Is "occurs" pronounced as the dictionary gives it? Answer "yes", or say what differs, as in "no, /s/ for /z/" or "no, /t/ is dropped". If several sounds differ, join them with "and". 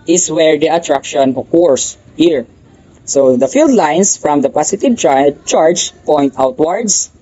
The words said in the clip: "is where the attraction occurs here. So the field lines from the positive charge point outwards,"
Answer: no, /s/ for /z/